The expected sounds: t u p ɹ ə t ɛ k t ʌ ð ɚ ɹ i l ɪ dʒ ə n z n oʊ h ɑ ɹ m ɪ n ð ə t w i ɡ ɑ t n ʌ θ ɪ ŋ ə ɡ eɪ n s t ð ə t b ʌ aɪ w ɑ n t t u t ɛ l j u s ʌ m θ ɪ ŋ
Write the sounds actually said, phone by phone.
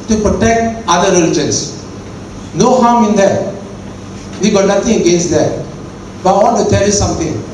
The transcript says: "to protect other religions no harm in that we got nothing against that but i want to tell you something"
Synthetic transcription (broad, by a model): t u p ɹ ə t ɛ k t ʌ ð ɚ ɹ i l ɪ dʒ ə n s n oʊ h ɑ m ɪ n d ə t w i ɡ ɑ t n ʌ t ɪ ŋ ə ɡ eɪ n s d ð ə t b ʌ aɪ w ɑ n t t u t ɛ l j u s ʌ m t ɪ ŋ